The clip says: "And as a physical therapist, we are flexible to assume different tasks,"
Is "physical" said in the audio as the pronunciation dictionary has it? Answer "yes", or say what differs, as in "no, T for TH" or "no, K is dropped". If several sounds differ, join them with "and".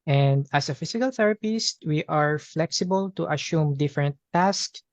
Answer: no, S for Z